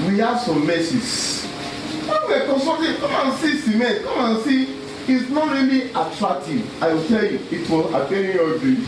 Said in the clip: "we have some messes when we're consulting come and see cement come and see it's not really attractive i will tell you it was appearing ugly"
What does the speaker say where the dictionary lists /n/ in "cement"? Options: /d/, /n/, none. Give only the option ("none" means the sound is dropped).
none